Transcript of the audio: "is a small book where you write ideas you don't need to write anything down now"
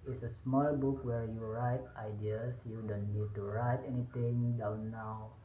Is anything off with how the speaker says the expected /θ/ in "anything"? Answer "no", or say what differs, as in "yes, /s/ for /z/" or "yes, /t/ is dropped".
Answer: yes, /t/ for /θ/